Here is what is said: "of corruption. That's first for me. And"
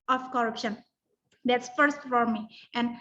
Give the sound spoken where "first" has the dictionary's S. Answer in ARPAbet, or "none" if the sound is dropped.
S